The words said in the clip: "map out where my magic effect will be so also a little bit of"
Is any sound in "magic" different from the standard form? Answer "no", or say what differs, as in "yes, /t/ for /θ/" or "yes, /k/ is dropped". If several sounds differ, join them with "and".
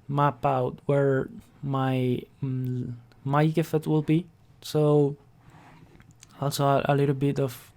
yes, /dʒ/ is dropped